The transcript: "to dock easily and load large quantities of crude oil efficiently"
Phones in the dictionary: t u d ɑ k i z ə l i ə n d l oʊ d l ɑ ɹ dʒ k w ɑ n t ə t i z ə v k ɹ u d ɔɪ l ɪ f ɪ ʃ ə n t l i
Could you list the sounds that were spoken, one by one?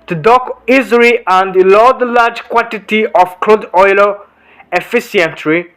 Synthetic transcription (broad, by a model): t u d ɑ k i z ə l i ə n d l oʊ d l ɑ ɹ dʒ k w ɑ n t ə t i ə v k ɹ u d ɔɪ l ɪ f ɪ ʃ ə n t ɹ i